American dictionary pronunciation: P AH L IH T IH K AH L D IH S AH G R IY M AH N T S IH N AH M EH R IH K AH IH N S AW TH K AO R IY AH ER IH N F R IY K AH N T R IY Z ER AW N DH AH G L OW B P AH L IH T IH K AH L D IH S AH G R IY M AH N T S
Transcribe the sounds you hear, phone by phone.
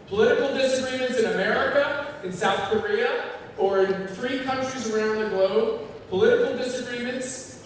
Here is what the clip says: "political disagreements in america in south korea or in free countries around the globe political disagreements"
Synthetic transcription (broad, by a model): P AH L IH T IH K L D IH S AH G R IY M AH N T S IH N AH M EH R IH K AH IH N S AW TH K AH R IY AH ER IH N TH R IY K AH N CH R IY Z ER AW N DH AH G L OW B P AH L IH T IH K L D IH S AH G R IY M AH N T S